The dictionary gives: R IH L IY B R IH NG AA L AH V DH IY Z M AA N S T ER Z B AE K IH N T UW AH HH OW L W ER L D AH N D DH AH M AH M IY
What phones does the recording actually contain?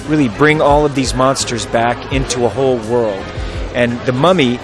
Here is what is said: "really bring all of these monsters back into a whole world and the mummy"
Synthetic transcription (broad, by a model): R IH L IY B R IH NG AA L AH V DH IY Z M AA N S T ER Z B AE K IH N T UW AH HH OW L W ER L D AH N DH AH M AH M IY